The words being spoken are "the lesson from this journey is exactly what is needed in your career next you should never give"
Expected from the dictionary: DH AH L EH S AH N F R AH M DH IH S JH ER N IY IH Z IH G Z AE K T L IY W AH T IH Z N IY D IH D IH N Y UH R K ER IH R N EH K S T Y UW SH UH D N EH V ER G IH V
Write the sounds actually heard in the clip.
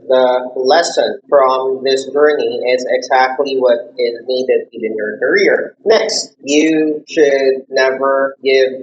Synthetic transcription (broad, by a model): DH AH L EH S AH N F R AH M DH IH S JH ER N IY IH Z IH G Z AE K T L IY W AH T IH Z N IY D IH D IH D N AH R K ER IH R N EH K S T Y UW SH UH D N EH V ER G IH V